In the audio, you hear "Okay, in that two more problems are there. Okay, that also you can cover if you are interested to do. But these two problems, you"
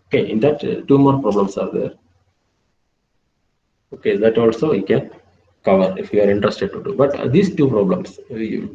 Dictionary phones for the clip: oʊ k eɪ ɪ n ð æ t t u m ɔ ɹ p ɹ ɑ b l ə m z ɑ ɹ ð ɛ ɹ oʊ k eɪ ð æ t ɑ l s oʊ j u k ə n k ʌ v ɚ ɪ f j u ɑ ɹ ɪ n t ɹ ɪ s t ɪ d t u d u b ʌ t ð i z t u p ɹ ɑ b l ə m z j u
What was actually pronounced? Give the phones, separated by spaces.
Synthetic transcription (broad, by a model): oʊ k eɪ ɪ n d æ t t u m ɔ ɹ p ɹ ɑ b l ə m s ɑ ɹ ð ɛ ɹ oʊ k eɪ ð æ t ɑ l s oʊ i k ə n k ʌ v ɚ ɪ f j u ɑ ɹ ɪ n t ɹ ɪ s t ɪ d t u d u b ʌ t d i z t u p ɹ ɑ b l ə m s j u